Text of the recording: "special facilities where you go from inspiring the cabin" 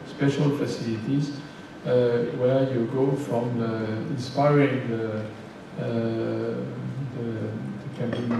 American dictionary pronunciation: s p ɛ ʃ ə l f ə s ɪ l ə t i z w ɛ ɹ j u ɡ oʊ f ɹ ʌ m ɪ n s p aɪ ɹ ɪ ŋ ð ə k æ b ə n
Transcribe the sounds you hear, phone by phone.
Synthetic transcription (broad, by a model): s p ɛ ʃ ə l f ə s ɪ l ə t i z w ɛ ɹ j u ɡ oʊ f ɹ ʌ m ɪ n s p aɪ ɹ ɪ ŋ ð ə k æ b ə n